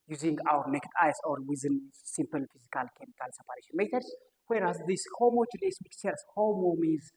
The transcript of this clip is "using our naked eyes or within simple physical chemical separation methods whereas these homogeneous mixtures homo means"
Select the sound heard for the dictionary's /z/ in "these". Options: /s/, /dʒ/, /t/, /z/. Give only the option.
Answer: /s/